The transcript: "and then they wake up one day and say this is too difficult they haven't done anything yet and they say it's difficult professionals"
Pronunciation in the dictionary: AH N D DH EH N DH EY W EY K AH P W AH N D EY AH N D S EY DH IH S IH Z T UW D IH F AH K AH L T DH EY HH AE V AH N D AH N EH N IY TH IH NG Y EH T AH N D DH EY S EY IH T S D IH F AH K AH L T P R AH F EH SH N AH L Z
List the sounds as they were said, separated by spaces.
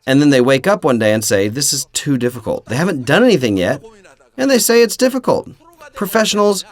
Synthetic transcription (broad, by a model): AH N DH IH N DH EY W EY K AH P W AH N D EY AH N S EY DH IH S IH Z T UW D IH F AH K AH L T DH EY HH AE V AH N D AH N EH N IY TH IH NG Y EH T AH N DH EY S EY IH T S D IH F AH K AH L T P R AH F EH SH N L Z